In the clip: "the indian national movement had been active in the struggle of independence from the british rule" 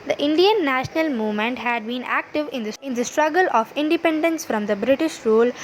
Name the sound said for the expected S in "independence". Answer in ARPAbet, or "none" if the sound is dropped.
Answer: S